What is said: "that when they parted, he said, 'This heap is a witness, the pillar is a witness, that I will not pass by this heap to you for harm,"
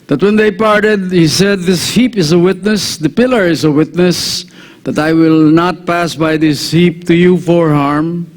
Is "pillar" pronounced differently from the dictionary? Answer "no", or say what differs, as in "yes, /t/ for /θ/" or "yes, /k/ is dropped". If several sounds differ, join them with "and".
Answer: no